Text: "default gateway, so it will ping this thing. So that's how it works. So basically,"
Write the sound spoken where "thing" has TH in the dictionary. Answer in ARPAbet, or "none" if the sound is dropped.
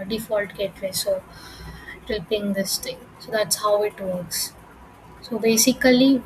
T